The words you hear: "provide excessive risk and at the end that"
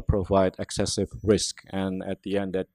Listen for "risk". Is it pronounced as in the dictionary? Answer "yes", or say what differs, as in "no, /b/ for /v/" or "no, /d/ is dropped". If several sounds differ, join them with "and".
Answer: yes